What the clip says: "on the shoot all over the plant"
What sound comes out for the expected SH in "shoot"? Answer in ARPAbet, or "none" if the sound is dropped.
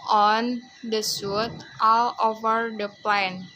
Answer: S